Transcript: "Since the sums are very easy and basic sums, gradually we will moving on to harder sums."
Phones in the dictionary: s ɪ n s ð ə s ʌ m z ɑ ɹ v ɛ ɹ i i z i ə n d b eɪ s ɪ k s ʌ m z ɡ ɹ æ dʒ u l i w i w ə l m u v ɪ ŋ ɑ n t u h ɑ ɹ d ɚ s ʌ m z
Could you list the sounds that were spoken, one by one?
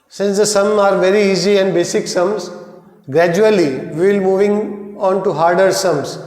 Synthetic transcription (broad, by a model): s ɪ n s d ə s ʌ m ɑ ɹ v ɛ ɹ i i z i ə n d b eɪ s ɪ k s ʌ m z ɡ ɹ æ dʒ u i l i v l m u v ɪ ŋ ɑ n t u h ɑ ɹ d ɚ s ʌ m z